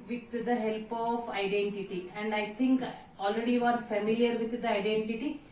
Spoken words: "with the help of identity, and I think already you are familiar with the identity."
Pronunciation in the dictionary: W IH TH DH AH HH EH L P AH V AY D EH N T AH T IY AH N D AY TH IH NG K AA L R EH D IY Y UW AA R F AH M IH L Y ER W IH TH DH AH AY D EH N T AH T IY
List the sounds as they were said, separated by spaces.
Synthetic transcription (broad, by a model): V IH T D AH HH EH L P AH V AY D EH N T AH T IY AH N D AY T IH NG K AA L R EH D IY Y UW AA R F AH M IH L Y ER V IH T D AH AY D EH N T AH T IY